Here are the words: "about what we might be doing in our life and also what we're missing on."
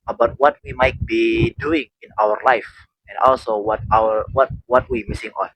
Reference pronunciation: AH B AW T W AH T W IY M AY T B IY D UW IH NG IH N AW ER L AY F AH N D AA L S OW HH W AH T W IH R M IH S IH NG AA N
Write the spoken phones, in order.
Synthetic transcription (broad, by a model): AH B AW T W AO T W IY M AY T B IY D UW IH NG IH N AW ER L AY F AH N D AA L S OW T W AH T W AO W M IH S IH NG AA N